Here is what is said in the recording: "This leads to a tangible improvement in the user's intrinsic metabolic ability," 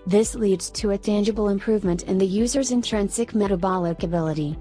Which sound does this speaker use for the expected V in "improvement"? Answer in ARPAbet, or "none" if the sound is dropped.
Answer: V